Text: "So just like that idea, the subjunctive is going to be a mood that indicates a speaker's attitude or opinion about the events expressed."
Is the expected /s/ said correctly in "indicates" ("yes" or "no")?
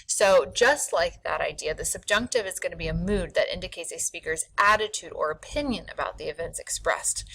yes